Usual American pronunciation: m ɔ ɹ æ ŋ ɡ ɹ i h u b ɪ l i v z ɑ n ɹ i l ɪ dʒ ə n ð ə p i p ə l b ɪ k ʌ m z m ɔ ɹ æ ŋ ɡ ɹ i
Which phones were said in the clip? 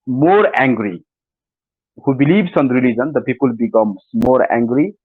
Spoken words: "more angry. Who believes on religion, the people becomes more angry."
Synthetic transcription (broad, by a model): m ɔ ɹ æ ŋ ɡ ɹ i h u b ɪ l i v s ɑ n ɹ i l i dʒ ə n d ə p i p ə l b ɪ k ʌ m s m ɔ ɹ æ ŋ ɡ ɹ i